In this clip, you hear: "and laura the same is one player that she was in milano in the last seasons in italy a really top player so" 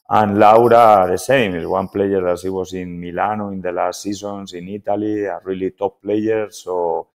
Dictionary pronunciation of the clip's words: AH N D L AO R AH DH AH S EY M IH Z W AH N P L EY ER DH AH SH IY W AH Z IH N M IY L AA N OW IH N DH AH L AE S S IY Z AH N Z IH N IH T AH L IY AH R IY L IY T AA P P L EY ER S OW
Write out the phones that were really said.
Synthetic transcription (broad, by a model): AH N L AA R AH DH AH S EY M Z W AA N P L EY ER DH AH S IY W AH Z IH N M IY L AA N OW IH N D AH L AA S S IY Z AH N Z IH N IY T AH L IY AH R IY L IY T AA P P L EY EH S OW